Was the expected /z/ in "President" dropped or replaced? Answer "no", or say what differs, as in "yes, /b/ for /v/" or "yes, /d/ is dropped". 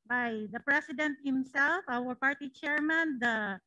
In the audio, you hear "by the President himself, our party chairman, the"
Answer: yes, /s/ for /z/